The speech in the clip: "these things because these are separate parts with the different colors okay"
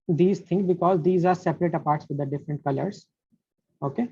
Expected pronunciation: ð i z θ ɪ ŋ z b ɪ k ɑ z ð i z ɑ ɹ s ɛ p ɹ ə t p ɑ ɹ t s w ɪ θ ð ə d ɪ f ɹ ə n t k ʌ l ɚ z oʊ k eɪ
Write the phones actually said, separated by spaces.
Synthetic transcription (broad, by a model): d i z t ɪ ŋ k b ɪ k ɑ z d i z ɑ ɹ s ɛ p ɹ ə t p ɑ ɹ t s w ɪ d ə d ɪ f ɹ ə n t k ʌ l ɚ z oʊ k eɪ